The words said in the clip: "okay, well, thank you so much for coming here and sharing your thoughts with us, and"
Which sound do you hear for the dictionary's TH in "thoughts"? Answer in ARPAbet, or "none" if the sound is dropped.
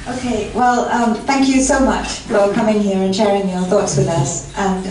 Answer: TH